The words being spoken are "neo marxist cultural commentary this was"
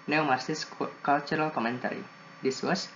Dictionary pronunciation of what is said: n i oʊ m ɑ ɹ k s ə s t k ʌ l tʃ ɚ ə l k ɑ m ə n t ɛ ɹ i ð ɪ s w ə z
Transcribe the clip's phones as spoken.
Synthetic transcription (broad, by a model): n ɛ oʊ m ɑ ɹ s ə s k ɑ l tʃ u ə l k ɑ m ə n t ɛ ɹ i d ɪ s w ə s